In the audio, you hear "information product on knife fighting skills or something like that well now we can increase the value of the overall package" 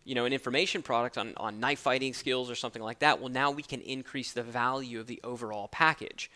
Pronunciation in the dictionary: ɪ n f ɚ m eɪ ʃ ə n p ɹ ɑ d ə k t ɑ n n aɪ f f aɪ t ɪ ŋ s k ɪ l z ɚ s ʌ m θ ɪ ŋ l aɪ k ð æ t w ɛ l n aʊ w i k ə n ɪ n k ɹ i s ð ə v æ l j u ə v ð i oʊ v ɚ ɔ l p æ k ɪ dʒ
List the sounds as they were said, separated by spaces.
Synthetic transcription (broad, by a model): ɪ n f ɚ m eɪ ʃ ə n p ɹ ɑ d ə k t n n aɪ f f aɪ t ɪ ŋ s k ɪ l z ɚ s ʌ m θ ɪ ŋ l aɪ k ð æ t w ɛ l n aʊ w i k ə n ɪ n k ɹ i s ð ə v æ l j u ə v ð i oʊ v ɚ ɔ l p æ k ɪ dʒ